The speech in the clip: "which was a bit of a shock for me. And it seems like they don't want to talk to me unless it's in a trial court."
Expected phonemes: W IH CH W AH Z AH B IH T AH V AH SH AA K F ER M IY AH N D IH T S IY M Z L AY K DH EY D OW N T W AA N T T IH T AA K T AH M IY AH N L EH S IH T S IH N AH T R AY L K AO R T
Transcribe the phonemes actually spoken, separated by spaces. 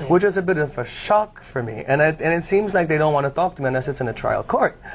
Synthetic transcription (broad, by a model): W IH CH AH Z AH B IH T AH V AH SH AA K F ER M IY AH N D IH T S IY M Z L AY K DH EY D OW N T W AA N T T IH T AA K T AH M IY AH N L EH S IH T S IH N AH T R AY L K AO R T